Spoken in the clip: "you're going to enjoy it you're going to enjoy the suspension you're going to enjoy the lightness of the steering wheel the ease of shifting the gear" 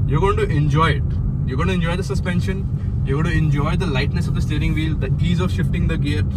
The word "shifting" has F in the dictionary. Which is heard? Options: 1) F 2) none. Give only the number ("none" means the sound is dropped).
1